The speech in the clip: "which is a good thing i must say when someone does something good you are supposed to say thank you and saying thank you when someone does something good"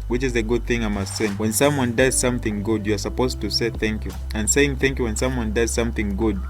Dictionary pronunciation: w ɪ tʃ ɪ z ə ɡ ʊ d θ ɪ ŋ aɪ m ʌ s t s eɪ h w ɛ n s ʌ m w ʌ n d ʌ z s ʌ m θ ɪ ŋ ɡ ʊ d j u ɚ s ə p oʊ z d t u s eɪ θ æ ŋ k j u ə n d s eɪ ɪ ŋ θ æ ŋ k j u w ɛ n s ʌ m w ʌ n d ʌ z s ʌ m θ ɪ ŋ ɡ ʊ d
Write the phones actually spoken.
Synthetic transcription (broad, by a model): w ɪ tʃ ɪ z ə ɡ ʊ d θ ɪ ŋ aɪ m ʌ s t s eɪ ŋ w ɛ n s ʌ m w ʌ n d ʌ z s ʌ m θ ɪ ŋ ɡ ʊ d j u ɚ s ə p oʊ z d t u s eɪ θ æ ŋ k j u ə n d s eɪ ɪ ŋ θ æ ŋ k j u w ɛ n s ʌ m w ʌ n d ʌ z s ʌ m θ ɪ ŋ ɡ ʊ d